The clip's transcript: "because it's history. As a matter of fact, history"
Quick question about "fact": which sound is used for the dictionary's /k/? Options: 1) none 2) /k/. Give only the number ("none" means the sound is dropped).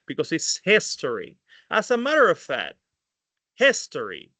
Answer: 1